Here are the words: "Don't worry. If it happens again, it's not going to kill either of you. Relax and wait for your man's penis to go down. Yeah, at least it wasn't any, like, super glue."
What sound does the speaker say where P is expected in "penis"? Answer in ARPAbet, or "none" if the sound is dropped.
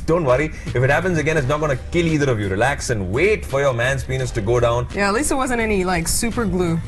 P